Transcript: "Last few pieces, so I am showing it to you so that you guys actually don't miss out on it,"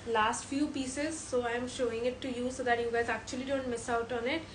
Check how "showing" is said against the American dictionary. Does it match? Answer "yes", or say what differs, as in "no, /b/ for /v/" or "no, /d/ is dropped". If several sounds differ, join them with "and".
yes